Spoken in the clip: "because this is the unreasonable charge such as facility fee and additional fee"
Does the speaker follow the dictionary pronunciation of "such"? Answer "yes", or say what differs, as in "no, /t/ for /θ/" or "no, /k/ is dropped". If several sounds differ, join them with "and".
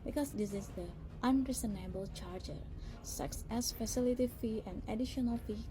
no, /s/ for /tʃ/